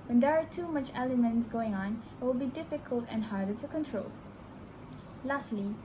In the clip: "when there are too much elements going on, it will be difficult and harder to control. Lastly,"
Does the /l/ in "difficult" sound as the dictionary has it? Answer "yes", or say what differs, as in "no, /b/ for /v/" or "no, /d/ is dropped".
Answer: yes